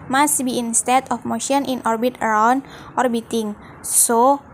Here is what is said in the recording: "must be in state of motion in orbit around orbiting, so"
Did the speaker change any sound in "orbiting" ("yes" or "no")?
no